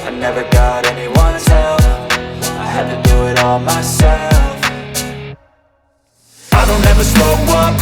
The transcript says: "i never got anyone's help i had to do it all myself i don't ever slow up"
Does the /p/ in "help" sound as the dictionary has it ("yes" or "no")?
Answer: no